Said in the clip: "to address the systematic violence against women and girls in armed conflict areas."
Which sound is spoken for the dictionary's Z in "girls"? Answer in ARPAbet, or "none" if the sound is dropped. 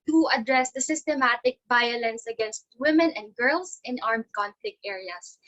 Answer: S